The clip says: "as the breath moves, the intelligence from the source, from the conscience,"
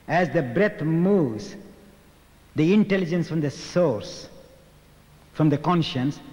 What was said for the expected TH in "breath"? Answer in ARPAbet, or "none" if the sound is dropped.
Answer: T